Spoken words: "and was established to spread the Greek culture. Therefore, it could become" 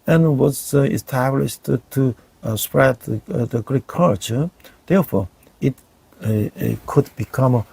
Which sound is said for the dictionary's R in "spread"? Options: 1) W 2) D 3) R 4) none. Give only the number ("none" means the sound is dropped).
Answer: 3